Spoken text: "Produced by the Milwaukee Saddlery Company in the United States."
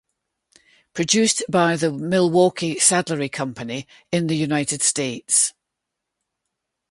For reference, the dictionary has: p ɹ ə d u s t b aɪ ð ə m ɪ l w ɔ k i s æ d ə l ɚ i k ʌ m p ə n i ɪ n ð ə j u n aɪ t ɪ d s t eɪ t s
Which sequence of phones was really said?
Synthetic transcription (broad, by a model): p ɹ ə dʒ u s b aɪ ð ə m ɪ l w ɔ k i s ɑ d l ɚ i k ʌ m p ə n i ɪ n ð ə j u n aɪ t ɪ d s t eɪ t s